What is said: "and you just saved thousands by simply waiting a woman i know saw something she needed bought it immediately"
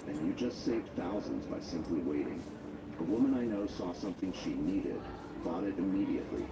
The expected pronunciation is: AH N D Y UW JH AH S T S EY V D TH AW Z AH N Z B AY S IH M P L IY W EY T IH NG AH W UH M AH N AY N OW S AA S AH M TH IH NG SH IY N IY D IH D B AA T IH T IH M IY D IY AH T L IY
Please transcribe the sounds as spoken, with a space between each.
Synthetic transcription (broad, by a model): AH N Y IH JH AH S T S EY V D TH AW Z AH N Z B AY S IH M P L IY W EY T IH NG AH W UH M AH N AY N OW S AA S AH M TH IH NG SH IY N IY D IH D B AA T IH T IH M IY D IY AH T L IY